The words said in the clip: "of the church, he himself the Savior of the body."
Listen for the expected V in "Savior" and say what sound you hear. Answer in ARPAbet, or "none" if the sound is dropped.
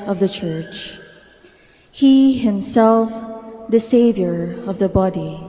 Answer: V